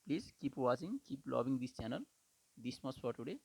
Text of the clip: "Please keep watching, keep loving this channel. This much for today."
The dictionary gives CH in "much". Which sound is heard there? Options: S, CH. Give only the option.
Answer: S